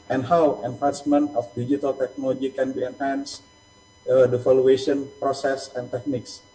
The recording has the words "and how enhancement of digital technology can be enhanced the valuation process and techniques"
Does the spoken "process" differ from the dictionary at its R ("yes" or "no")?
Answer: no